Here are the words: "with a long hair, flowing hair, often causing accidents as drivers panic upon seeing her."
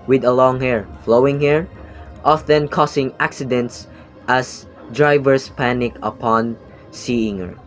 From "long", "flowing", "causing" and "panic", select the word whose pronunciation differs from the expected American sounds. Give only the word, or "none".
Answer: causing